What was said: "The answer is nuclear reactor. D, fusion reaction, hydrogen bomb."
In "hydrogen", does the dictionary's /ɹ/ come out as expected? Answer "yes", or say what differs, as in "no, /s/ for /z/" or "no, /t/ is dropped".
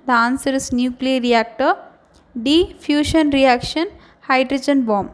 yes